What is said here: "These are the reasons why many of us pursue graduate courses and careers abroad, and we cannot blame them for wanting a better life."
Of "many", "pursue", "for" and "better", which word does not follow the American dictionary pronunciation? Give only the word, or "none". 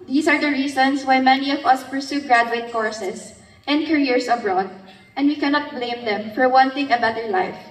none